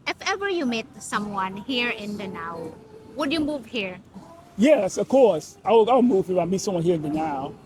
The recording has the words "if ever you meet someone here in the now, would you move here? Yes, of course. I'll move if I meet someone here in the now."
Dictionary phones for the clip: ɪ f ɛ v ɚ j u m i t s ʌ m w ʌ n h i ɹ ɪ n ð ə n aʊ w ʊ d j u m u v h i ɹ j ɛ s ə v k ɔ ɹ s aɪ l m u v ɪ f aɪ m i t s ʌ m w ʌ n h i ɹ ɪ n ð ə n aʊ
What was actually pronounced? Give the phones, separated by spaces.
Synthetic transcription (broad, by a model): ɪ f ɛ v ɚ j u m i t s ʌ m w ʌ n h i ɹ ɪ n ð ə n aʊ w ʊ d j u m u v h i ɹ j ɛ s ə v k ɔ ɹ s aɪ w m u v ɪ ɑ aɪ m i t s ʌ m w ʌ n h i ɹ ɪ n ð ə n aʊ